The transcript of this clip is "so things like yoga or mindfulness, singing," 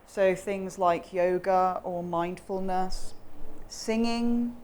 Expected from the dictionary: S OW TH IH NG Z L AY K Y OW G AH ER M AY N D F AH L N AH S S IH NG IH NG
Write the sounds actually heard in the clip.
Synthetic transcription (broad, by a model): S OW TH IH NG Z L AY K Y OW G AH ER M AY N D F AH L N AH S S IH NG IH NG